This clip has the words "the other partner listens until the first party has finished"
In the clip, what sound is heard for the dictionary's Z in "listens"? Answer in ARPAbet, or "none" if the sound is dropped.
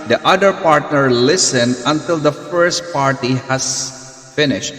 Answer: none